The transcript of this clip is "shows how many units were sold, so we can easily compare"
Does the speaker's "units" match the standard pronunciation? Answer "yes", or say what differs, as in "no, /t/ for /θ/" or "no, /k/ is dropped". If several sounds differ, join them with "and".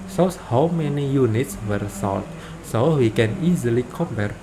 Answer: yes